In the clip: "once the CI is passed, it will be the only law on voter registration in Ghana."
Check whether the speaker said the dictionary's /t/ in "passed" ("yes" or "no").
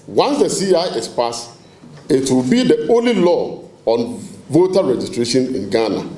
no